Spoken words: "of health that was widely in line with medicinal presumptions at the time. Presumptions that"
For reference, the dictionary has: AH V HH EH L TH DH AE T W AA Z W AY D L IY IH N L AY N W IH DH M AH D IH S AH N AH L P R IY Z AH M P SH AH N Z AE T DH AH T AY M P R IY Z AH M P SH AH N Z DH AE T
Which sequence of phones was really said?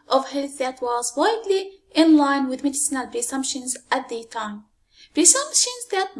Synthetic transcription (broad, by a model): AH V HH EH L TH DH AE T W AA Z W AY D L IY IH N L AY N W IH DH M AH D IH S AH N AH L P R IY S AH M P SH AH N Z AE T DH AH T AY M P R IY S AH M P SH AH N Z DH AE T